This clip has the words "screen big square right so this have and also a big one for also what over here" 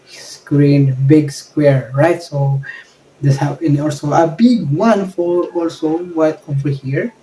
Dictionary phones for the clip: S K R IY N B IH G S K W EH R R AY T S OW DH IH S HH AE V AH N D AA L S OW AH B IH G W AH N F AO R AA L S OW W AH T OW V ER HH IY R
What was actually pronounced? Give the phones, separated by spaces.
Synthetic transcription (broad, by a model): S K R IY N B IH G S K W EH R R AY T S OW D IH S HH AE P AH N AA L S OW AH B IH G W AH N F AO R AA L S OW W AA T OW F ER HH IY R